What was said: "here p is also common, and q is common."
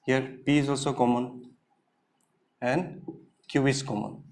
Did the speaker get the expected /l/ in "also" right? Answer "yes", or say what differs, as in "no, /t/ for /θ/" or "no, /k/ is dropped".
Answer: yes